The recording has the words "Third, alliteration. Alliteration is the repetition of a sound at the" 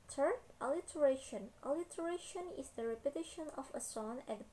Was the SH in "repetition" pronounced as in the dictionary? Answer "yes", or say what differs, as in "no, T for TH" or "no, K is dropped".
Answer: yes